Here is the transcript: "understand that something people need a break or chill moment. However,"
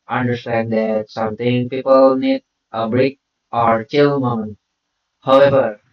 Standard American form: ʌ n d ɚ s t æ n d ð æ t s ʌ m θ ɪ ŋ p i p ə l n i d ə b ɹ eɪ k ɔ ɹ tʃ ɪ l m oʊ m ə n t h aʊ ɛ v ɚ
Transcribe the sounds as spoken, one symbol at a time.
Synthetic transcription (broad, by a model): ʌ n d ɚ s t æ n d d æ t s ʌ m t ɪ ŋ p i p ə l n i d ə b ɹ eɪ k ɔ ɹ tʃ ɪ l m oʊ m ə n h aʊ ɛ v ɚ